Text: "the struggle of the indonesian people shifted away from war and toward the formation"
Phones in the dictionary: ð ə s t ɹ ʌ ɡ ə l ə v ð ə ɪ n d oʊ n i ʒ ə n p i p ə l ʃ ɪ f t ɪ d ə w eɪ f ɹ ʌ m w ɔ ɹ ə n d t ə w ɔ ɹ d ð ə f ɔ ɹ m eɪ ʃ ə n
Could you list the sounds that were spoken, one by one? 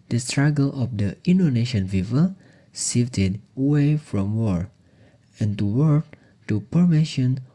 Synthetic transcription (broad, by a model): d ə s t ɹ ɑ ɡ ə l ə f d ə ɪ n d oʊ n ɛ ʃ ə n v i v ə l s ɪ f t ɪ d ə w eɪ f ɹ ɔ m w ɔ ɹ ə n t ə w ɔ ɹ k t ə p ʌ ɹ m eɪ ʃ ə n